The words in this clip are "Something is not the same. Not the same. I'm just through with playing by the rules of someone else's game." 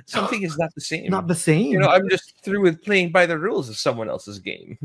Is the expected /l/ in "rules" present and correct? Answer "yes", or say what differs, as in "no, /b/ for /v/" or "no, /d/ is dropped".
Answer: yes